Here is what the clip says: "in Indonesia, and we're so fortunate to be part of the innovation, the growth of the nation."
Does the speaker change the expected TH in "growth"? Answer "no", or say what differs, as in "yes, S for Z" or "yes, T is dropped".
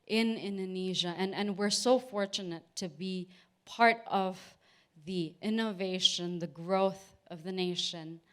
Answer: no